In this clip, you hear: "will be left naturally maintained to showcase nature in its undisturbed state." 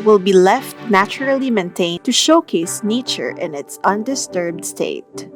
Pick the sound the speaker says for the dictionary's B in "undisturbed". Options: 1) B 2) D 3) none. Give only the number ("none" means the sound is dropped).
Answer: 1